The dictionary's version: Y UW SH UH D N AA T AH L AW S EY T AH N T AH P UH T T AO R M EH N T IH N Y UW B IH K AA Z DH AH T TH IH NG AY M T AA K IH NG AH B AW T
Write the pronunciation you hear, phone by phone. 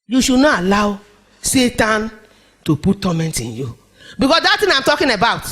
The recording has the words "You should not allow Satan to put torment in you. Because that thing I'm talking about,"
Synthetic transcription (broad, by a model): Y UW SH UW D N AA T AH L AW S EY T AH N T AH P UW T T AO M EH N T IH N Y UW B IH K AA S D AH T T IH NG AY M T AA K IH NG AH B AW T